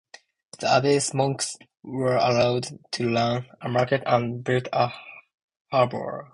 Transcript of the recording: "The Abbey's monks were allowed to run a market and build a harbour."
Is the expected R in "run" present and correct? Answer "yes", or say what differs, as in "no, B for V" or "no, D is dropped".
no, L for R